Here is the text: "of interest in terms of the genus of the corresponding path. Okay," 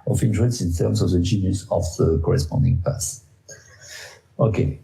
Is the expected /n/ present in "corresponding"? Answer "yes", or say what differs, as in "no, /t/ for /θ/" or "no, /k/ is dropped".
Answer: yes